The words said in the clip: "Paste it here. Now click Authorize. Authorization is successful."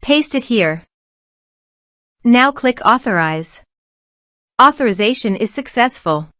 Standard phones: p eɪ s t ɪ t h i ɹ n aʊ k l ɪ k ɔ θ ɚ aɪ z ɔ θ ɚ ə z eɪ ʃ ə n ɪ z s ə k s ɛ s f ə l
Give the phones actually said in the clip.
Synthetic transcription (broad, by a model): p eɪ s t ɪ t h i ɹ n aʊ k l ɪ k ɔ θ ɚ aɪ z ɔ θ ɚ ə z eɪ ʃ ə n ɪ z s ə k s ɛ s f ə l